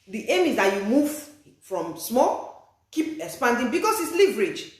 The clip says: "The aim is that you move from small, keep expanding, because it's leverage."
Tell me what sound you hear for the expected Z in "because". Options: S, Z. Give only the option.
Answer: S